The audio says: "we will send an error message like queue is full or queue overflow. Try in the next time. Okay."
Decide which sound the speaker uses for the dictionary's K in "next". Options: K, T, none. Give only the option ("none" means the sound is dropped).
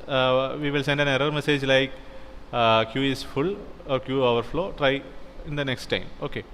K